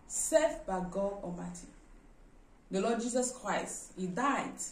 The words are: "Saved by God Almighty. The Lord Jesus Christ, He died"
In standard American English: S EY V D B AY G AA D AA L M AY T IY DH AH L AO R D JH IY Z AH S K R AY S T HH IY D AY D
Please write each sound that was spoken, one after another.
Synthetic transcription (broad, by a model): S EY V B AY G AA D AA M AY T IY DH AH L AO D JH IY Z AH S K R AY S T HH IY D AY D